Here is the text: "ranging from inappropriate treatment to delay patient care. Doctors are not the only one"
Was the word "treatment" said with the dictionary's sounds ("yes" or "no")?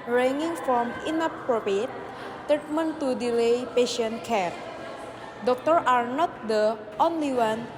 no